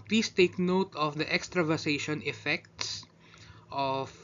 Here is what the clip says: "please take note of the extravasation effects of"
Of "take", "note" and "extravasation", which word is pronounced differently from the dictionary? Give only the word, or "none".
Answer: extravasation